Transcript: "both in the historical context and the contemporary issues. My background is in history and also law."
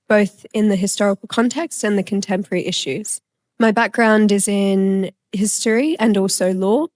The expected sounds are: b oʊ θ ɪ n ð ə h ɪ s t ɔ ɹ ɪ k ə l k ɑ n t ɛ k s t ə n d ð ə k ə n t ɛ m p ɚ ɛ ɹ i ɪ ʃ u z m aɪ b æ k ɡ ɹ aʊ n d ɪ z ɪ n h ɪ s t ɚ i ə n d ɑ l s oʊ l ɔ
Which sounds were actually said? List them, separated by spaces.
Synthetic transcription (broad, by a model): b oʊ θ ɪ n ð ə h ɪ s t ɔ ɹ ɪ k ə l k ɑ n t ɛ k s t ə n ð ə k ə n t ɛ m p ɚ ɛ ɹ i ɪ ʃ u z m aɪ b æ k ɡ ɹ aʊ n d ɪ z ɪ n h ɪ s t ɚ i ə n ɑ l s oʊ l ɔ